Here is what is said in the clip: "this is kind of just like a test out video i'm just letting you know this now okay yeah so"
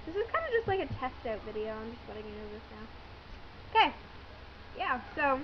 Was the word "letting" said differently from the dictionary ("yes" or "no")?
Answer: yes